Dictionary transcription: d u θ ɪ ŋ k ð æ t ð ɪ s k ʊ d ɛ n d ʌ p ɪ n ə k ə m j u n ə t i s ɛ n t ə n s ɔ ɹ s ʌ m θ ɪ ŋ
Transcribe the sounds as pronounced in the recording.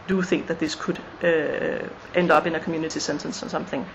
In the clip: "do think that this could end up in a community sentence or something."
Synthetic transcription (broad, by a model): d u θ ɪ ŋ k ð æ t ð ɪ s k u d ɛ n d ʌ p ɪ n ə k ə m j u n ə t i s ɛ n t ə n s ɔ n s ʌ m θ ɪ ŋ